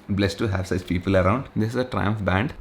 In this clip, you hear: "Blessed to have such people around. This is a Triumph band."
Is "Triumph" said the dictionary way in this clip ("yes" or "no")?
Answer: yes